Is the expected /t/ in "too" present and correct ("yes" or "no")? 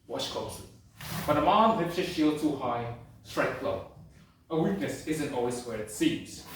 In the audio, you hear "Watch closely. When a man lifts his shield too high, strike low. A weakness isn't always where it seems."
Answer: yes